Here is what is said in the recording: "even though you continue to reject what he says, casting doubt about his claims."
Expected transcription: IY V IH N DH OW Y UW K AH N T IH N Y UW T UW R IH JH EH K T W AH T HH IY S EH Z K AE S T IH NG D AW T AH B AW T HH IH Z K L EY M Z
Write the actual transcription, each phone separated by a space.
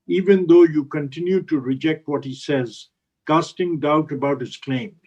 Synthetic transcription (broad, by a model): IY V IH N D OW Y UW K AH N T IH N Y UW T UW R IH JH EH K T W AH T HH IY S EH Z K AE S T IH NG D AW T AH B AW T HH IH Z K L EY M